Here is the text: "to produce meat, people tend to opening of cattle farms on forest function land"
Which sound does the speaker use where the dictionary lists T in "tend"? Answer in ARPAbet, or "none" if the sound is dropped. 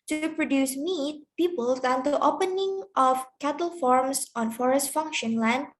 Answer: S